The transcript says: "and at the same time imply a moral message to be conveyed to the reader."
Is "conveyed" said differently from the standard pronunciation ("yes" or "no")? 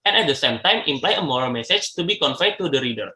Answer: yes